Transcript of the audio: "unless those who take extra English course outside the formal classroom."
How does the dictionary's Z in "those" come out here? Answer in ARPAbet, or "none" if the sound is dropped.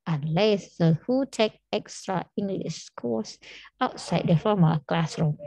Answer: none